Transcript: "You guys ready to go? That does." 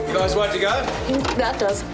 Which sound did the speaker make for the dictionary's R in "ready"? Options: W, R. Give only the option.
W